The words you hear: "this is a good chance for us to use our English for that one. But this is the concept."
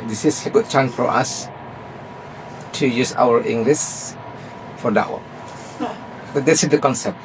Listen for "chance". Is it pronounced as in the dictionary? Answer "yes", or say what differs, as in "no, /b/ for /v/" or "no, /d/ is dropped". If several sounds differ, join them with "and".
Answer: no, /s/ is dropped